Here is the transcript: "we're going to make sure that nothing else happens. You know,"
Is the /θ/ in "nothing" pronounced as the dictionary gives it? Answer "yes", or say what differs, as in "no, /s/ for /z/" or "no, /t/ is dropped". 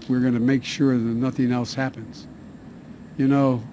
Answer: yes